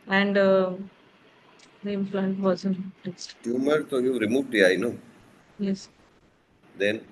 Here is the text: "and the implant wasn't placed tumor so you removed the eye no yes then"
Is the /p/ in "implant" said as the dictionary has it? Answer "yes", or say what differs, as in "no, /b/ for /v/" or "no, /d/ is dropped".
no, /f/ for /p/